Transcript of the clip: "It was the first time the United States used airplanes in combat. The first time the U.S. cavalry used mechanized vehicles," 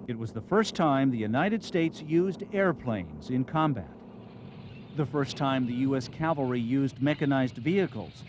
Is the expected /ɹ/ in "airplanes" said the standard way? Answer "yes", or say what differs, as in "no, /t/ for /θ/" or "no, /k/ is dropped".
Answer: yes